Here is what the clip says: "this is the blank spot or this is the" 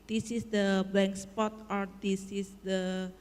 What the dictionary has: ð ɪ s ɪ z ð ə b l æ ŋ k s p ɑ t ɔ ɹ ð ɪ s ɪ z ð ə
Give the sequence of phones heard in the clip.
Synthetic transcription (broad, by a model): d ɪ s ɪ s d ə b ɛ ŋ k s p ɑ t ɔ ɹ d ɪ s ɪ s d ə